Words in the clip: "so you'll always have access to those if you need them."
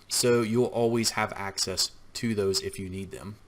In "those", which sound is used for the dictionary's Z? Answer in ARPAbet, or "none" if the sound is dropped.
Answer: Z